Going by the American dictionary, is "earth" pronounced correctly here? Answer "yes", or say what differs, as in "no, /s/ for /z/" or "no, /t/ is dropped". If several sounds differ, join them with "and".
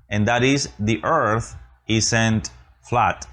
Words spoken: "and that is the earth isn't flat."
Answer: yes